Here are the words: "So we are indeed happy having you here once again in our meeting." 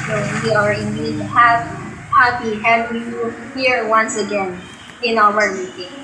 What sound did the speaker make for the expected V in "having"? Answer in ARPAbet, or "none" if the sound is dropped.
W